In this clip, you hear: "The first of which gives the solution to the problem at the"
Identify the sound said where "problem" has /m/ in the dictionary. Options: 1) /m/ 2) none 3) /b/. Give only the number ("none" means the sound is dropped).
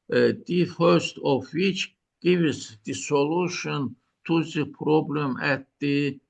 1